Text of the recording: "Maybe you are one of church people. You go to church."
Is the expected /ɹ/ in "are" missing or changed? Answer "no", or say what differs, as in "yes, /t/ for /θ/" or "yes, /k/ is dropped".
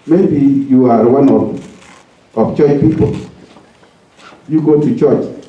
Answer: no